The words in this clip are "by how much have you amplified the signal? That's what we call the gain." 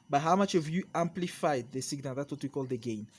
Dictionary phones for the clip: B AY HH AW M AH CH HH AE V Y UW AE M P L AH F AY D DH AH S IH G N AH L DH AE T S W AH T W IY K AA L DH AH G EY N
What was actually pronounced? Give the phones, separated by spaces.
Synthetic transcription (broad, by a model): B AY HH AW M AH CH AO V Y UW AE M P L AH F AY D DH AH S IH G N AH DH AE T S W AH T W IY K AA L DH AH G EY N